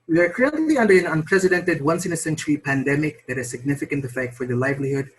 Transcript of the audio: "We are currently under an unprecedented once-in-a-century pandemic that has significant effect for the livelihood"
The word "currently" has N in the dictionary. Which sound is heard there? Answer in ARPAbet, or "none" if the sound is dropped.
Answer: L